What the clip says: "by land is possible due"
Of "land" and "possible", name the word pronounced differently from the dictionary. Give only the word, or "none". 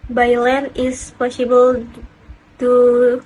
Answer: land